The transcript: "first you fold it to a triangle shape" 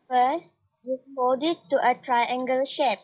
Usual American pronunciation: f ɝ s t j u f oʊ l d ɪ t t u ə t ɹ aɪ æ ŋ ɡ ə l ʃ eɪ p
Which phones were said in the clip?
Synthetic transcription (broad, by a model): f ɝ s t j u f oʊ d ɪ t t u ə t ɹ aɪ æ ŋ ɡ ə l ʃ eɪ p